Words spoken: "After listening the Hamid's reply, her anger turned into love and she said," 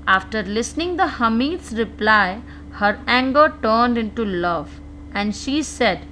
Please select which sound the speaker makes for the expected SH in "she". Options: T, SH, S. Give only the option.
SH